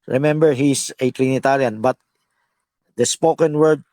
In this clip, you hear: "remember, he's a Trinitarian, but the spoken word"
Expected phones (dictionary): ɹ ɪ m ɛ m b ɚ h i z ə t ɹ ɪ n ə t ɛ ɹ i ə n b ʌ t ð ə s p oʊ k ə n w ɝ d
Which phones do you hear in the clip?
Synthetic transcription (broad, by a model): ɹ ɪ m ɛ m b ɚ h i s ə t ɹ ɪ n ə t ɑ ɹ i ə n b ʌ t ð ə s p oʊ k ə n w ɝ d